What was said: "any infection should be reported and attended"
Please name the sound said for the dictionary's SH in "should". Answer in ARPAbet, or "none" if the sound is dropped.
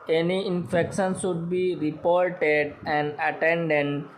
S